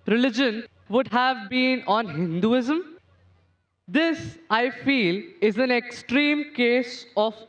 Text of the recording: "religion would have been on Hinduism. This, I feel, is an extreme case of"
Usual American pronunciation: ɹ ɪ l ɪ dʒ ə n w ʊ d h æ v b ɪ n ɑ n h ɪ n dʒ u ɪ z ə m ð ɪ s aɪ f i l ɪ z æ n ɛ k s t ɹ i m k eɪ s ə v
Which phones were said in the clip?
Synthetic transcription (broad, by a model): ɹ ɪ l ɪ dʒ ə n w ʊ d h æ v b ɪ n ɑ n h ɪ n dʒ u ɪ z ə m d ɪ s aɪ f i l ɪ z æ n ɛ k s t ɹ i m k eɪ s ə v